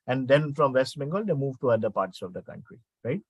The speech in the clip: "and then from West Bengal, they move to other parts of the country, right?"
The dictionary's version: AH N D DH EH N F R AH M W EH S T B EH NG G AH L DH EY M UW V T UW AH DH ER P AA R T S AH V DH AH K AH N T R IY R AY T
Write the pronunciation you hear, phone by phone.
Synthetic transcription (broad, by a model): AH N D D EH N F R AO M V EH S T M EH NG G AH L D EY M UW V T UW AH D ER P AA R T S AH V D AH K AH N T R IY R AY T